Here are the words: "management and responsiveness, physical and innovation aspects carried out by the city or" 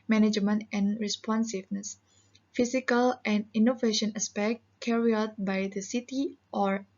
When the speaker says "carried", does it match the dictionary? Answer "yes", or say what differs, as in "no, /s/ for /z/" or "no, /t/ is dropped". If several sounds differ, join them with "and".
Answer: no, /d/ is dropped